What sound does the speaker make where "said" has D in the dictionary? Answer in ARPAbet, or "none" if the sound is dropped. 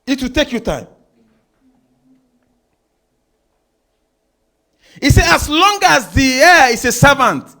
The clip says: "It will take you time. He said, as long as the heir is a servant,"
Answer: none